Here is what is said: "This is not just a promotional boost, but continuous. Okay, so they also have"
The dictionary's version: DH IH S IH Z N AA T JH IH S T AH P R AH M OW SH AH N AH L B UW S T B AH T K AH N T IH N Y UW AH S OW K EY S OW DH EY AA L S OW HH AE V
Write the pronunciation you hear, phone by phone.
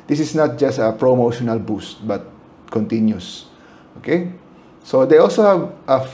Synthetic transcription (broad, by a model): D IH S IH S N AA T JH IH S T AH P R AH M OW SH AH N AH L B UW S T B AH T K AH N T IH N Y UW S OW K EY S OW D EY AA L S OW HH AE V